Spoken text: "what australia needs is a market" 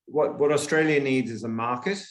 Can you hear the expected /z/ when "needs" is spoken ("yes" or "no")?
yes